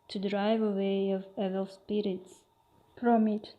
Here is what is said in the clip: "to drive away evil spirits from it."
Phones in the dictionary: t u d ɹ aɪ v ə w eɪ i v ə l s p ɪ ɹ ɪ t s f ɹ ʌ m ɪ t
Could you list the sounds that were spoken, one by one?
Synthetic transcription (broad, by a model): t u d ɹ aɪ v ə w eɪ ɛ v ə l s p ɪ ɹ ɪ t s p ɹ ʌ m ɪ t